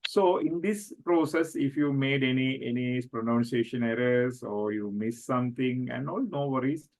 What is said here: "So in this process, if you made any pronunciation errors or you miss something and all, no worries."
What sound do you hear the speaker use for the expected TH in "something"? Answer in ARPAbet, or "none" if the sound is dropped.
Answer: T